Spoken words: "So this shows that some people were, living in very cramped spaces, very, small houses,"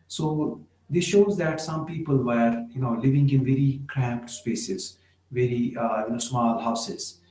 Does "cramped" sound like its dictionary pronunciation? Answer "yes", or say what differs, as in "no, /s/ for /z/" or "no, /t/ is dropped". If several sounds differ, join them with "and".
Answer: yes